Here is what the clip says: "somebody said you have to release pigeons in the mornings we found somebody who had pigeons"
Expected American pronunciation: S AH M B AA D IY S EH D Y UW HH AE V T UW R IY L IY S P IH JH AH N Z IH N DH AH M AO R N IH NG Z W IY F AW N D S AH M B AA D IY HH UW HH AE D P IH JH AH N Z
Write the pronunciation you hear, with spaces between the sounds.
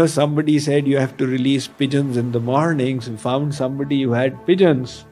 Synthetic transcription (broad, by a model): S AH M B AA D IY S EH D Y UW HH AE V T UW R IY L IY S P IH JH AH N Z IH N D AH M AO R N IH NG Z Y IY F AW N D S AH M B AA D IY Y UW HH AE D P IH JH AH N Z